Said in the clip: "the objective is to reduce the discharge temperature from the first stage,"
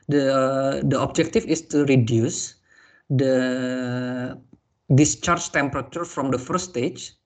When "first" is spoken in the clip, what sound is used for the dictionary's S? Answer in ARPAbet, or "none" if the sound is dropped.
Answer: none